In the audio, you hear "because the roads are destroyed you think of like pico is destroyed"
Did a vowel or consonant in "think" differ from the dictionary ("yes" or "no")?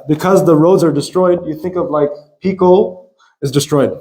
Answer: no